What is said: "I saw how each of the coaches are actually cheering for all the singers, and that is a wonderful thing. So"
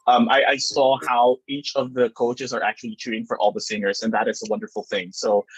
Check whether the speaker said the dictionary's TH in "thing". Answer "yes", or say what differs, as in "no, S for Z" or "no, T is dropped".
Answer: yes